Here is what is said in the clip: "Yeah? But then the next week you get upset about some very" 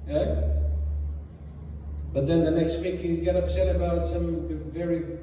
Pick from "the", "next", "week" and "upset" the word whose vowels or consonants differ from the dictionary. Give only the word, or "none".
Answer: none